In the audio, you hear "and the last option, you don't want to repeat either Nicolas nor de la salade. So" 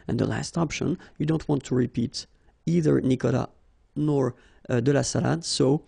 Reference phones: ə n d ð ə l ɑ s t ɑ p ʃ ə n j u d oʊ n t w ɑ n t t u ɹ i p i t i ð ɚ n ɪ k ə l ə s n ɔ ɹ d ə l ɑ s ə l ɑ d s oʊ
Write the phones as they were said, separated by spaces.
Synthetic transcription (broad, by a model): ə n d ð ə l ɑ s t ɑ p ʃ ə n j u d oʊ n t w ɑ n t t u ɹ i p i t i ð ɚ n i k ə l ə n ɔ ɹ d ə l ɑ s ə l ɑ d s oʊ